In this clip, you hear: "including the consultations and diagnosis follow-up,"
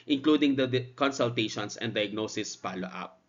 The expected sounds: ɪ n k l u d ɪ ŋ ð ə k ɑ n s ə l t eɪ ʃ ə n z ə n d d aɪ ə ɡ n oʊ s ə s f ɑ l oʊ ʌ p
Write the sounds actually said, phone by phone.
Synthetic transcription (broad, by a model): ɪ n k l u d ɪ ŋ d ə k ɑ n s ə l t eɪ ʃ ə n s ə n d d aɪ ə ɡ n oʊ s ə s p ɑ l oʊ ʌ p